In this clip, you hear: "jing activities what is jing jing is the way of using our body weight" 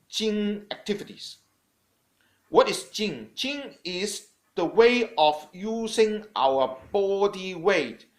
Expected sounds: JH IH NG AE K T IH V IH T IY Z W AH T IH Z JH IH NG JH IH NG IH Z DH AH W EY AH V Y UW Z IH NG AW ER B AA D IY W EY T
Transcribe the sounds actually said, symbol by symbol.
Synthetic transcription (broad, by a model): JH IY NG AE K T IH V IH T IY S W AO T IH S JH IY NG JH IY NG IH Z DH AH W EY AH F Y UW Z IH NG AW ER B AA D IY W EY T